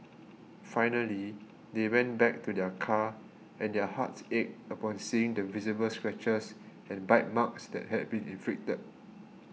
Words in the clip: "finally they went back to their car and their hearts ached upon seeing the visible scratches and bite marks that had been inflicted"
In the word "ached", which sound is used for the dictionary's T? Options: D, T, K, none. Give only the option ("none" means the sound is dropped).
none